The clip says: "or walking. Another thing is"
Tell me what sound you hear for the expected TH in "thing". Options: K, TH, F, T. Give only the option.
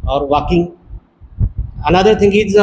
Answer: T